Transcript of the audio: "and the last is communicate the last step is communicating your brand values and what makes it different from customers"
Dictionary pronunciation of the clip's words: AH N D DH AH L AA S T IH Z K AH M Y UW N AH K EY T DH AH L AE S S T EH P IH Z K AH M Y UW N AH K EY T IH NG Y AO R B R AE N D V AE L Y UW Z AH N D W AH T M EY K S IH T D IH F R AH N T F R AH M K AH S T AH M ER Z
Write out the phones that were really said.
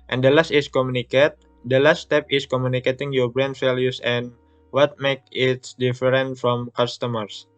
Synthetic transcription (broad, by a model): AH N D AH L AA S T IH S K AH M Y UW N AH K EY T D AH L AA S S T EH P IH S K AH M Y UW N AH K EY T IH NG Y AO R B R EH N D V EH L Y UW S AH N W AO T M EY K IH T D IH F R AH N T F R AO M K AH S T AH M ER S